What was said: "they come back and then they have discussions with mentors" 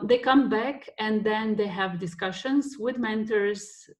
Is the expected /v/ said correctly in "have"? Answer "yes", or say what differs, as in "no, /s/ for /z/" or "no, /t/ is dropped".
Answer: yes